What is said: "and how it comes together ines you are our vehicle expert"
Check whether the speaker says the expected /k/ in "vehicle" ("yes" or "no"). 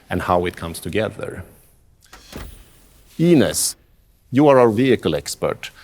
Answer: yes